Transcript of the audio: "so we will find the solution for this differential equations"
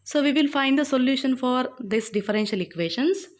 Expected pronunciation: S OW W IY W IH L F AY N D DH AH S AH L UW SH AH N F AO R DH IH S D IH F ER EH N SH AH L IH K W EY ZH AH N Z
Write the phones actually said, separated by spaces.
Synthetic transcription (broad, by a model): S OW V IY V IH L F AY N D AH S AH L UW SH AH N F AO R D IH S D IH F ER EH N SH AH L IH K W EY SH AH N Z